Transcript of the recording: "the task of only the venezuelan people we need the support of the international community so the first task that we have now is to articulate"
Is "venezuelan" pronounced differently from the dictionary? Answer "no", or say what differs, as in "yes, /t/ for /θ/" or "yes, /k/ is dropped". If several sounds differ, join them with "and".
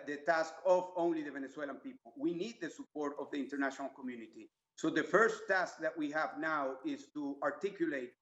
yes, /s/ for /z/